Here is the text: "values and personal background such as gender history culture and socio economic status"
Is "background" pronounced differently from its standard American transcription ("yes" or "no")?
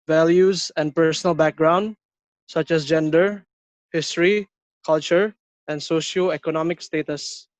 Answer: no